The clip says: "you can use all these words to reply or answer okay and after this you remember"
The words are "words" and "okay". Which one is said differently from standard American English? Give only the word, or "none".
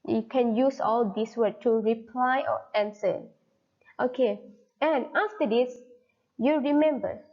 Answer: words